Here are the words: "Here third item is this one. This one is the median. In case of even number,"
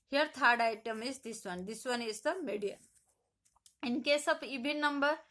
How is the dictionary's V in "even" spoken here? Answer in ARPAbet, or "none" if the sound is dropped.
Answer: B